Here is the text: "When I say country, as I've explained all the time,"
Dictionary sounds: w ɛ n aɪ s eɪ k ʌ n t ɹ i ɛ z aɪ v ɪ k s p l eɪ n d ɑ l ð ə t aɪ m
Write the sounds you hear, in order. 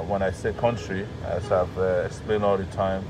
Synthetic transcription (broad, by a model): w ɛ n aɪ s eɪ k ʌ n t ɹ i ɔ aɪ v ɪ k s p l eɪ n d ɑ l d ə t aɪ m